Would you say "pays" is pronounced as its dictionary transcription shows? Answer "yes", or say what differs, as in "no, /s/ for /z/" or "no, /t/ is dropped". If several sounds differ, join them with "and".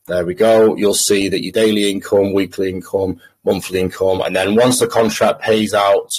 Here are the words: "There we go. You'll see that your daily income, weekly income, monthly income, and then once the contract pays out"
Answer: yes